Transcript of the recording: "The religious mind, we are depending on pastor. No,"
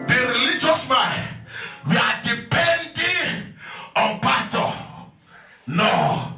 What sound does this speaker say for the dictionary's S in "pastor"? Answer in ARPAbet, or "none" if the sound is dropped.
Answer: none